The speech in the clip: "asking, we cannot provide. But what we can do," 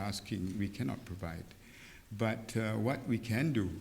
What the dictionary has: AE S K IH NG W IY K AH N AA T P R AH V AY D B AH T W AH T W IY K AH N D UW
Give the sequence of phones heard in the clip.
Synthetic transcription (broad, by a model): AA S K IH NG W IY K AH N AA T P R AH V AY D B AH T W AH T W IY K AH N D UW